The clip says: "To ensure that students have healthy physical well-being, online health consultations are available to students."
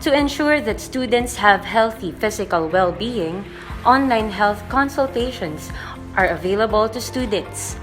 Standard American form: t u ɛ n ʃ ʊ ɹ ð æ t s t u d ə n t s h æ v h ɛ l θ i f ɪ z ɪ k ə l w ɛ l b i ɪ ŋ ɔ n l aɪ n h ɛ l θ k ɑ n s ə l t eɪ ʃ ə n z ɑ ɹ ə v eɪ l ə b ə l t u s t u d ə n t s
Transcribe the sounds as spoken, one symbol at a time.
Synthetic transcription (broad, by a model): t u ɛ n ʃ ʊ ɹ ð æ t s t u d ə n t s h æ v h ɛ l θ i f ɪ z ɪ k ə l w ɛ l b i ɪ ŋ ɔ n l aɪ n h ɛ l θ k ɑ n s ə l t eɪ ʃ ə n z ɑ ɹ ə v eɪ l ə b ə l t u s t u d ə n t s